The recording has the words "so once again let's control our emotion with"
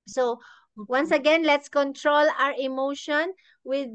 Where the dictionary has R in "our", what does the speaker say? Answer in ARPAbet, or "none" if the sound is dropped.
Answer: R